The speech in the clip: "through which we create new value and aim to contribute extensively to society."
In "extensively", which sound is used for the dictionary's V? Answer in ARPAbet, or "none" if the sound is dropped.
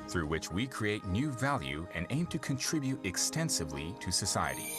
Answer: V